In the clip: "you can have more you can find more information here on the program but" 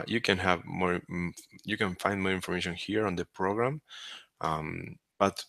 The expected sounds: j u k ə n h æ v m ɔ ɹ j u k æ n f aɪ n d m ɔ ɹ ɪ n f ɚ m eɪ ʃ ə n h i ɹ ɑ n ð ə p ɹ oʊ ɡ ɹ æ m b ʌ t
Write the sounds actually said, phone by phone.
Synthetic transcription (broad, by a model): j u k ə n h æ v m ɔ ɹ j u k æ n f aɪ n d m ɔ ɹ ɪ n f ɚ m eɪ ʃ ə n h i ɹ ɑ n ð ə p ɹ oʊ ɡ ɹ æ m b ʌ t